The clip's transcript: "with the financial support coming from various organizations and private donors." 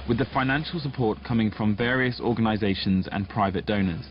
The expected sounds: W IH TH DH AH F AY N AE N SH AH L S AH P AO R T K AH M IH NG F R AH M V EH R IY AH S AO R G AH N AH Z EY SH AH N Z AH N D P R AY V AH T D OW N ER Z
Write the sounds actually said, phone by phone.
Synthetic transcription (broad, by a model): W IH DH AH F AY N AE N SH AH L S AH P AO T K AH M IH NG F R AH M V EH R IY AH S AO G AH N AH Z EY SH AH N Z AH N P R AY V AH T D OW N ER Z